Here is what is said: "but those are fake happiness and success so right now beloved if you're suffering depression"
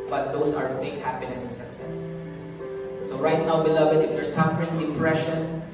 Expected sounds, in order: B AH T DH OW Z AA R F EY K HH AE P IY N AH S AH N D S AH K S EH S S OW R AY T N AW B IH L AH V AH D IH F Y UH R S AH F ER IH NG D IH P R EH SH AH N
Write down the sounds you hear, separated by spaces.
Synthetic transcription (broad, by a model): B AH T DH OW S AA R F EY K HH AE P IY N AH S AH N S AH K S EH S S OW R AY T N AW B IH L AH V AH D IH F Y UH R S AH F ER IH NG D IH P R EH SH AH N